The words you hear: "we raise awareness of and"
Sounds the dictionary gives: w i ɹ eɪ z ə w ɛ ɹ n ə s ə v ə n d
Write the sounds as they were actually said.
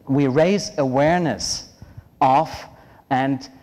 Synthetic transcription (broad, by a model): w i ɹ eɪ z ə w ɛ ɹ n ə s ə f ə n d